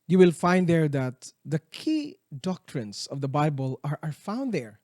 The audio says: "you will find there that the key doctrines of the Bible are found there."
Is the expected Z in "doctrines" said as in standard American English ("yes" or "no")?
no